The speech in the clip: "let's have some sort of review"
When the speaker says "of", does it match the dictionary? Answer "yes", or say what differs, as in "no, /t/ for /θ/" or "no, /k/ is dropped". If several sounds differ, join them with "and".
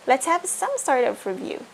no, /p/ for /v/